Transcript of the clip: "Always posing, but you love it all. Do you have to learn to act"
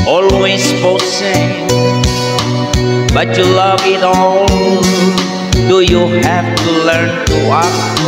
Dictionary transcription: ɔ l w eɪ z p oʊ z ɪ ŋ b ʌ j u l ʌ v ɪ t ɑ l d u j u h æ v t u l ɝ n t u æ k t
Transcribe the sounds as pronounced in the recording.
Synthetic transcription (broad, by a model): ɔ l w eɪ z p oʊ s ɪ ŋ b ʌ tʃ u l ʌ v ɪ t ɑ l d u j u h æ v t u l ɝ n t u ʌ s